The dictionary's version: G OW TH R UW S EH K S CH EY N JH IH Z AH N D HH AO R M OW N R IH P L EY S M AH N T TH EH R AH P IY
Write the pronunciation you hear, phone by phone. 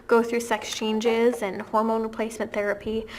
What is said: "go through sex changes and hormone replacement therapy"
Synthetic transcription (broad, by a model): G OW TH R UW S EH K S CH EY N JH IH Z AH N HH AO R M OW N R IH P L EY S M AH N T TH EH R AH P IY